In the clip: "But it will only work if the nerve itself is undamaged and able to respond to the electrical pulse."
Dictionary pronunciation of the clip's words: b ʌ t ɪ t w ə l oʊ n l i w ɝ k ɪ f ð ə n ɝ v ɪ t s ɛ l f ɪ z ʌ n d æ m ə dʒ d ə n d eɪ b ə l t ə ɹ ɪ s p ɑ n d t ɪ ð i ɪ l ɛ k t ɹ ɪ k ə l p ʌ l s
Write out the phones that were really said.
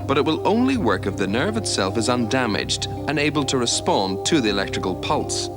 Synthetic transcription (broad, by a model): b ʌ t ɪ t w ə l oʊ n l i w ɝ k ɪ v ð ə n ɝ v ɪ t s ɛ l f ɪ z ʌ n d æ m ə dʒ d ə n eɪ b ə l t ə ɹ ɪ s p ɑ n t ɪ ð i ɪ l ɛ k t ɹ ɪ k ə l p ʌ l s